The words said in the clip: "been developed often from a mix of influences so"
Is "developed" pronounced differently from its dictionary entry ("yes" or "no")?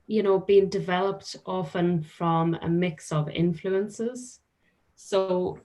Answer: no